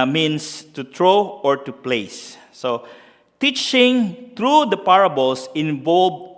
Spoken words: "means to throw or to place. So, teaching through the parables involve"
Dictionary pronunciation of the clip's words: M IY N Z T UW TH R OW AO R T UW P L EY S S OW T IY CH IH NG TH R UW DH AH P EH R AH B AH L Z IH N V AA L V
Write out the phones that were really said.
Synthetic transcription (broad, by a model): M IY N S T UW T R OW AO R T UW P L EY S S OW T IY CH IH NG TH R UW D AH P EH R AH B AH L S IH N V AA L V